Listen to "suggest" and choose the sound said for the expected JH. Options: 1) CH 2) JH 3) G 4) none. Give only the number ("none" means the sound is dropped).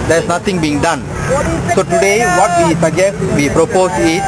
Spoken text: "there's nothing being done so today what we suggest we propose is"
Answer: 4